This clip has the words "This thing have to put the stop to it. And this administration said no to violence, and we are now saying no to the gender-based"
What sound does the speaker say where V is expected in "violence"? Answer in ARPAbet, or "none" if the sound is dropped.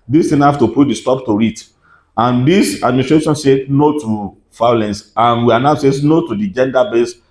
F